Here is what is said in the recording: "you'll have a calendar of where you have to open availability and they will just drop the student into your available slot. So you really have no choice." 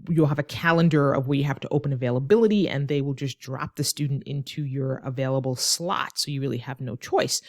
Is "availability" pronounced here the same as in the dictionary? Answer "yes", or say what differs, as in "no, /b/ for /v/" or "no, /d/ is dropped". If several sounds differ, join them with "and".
yes